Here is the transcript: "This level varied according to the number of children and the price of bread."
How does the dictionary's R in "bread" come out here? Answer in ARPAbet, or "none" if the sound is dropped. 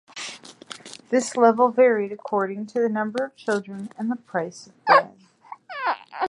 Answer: none